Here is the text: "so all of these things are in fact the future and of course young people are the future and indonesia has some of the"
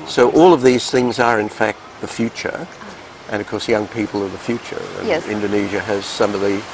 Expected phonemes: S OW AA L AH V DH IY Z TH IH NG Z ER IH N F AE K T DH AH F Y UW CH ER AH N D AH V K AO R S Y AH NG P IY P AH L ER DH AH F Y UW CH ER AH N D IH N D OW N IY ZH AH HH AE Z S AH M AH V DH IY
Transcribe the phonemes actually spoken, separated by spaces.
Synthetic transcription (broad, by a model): S OW AA L AH V DH IY Z TH IH NG Z ER IH N F AE K T DH AH F Y UW CH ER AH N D AH V K AO R S Y AH NG P IY P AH L ER DH AH F Y UW CH ER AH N IH N D OW N IY ZH AH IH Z S AH M AH V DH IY